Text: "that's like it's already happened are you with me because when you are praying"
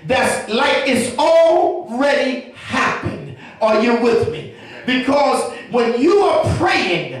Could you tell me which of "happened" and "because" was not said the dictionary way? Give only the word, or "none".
none